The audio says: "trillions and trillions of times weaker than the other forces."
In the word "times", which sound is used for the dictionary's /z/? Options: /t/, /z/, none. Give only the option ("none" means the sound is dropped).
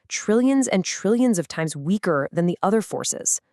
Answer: /z/